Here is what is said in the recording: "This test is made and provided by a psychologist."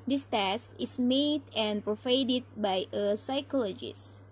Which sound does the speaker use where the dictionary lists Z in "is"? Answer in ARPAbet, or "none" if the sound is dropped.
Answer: S